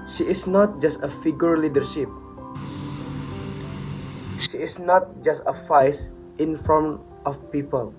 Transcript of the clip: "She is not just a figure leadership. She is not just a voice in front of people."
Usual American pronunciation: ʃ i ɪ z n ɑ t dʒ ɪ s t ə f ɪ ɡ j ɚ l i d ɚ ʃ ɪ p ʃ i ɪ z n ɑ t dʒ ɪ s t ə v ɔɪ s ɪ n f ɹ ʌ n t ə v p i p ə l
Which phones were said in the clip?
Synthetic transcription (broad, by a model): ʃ i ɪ s n ɑ t dʒ ɪ s t ə f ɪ ɡ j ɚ l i d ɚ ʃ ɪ p ʃ i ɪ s n ɑ t dʒ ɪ s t ə f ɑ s ɪ n f ɹ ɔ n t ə f p i p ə l